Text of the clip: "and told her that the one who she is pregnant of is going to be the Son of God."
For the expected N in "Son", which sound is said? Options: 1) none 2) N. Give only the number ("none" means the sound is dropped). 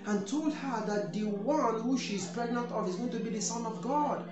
2